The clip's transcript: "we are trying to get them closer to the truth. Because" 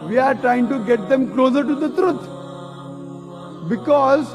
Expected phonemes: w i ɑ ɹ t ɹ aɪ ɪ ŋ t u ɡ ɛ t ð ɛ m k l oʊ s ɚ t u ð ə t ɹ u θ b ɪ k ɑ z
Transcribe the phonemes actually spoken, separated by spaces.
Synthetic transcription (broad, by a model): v i ɑ ɹ t ɹ aɪ ɪ ŋ t u ɡ ɛ t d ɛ m k l oʊ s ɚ t u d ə t ɹ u t b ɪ k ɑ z